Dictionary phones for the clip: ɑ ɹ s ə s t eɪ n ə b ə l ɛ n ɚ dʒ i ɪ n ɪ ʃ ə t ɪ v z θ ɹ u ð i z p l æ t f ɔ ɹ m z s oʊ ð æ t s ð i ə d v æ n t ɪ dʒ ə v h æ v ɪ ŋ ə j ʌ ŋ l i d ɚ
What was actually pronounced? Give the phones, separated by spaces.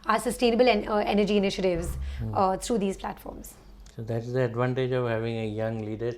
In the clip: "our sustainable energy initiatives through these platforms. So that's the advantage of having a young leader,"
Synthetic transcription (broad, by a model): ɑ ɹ s ə s t eɪ n ə b ə l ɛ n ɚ dʒ i ɪ n ɪ ʃ ə t ɪ v z t ɹ u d i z p l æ t f ɔ ɹ m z s oʊ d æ t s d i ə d v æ n t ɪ dʒ ə v h æ v ɪ ŋ ə j ʌ ŋ l i d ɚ